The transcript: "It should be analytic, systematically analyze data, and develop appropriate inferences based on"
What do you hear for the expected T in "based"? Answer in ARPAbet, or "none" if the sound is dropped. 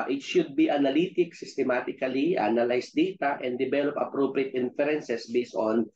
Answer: none